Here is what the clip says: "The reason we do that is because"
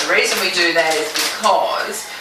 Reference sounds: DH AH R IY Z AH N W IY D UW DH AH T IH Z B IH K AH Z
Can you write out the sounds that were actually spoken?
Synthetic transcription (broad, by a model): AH R IY Z AH N W IY D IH DH AH T IH Z B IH K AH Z